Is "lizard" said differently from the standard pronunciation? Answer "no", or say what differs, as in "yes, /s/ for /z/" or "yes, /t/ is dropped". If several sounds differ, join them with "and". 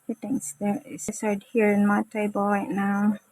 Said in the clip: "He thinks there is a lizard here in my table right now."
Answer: yes, /s/ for /z/